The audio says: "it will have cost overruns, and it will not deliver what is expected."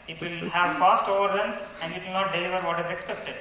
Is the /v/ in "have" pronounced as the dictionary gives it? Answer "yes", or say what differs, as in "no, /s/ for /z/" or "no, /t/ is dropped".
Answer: yes